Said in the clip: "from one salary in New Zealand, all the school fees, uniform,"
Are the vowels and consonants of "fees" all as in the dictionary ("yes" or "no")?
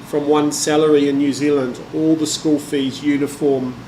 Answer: yes